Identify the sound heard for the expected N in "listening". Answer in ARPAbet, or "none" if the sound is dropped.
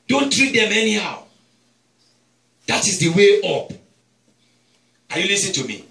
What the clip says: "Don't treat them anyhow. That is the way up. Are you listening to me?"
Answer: none